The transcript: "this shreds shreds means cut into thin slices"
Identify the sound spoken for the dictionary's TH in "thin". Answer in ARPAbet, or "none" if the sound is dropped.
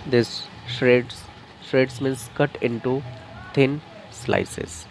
T